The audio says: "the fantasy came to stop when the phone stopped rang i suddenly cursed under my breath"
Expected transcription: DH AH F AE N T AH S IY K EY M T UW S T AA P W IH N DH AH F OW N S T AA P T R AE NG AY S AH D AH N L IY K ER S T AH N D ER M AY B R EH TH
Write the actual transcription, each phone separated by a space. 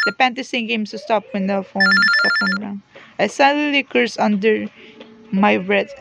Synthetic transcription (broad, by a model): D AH P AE N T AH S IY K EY M T UW S T AA P W IH N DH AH F OW N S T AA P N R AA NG AY S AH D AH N L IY K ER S AH N D ER M AY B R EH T